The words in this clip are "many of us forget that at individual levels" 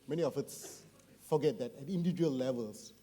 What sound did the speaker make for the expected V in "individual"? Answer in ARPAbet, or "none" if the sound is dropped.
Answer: none